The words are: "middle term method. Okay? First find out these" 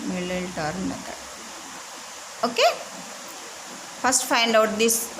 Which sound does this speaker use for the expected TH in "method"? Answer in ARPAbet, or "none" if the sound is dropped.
T